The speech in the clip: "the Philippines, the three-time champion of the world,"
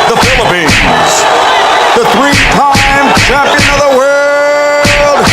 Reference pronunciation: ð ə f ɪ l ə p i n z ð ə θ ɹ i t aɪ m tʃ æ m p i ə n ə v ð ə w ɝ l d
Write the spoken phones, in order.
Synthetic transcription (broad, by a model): ð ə f ɪ l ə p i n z ð ə θ ɹ i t aɪ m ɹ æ p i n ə ð ə w ɝ l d